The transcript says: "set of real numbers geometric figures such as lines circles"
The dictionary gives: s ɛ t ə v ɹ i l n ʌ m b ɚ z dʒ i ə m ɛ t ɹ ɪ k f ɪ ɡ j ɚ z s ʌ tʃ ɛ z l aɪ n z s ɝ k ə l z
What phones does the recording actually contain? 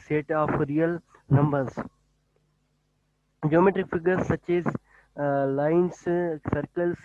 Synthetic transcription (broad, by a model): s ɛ t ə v ɹ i l n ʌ m b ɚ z dʒ i ə m ɛ t ɹ ɪ k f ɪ ɡ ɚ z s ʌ tʃ ɛ z l aɪ n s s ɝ k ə l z